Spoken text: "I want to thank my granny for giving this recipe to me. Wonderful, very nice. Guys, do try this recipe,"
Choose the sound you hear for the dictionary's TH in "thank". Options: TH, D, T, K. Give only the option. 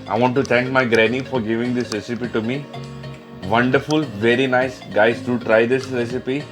T